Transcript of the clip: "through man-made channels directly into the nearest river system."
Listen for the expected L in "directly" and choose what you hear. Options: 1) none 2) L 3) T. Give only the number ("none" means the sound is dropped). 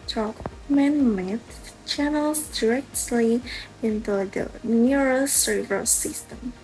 2